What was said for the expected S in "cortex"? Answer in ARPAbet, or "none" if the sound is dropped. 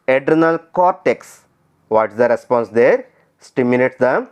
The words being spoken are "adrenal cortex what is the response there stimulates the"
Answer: S